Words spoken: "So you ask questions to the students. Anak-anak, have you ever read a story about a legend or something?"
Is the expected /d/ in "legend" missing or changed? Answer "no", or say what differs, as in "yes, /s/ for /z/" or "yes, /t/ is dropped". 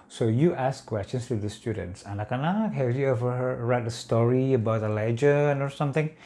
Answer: yes, /d/ is dropped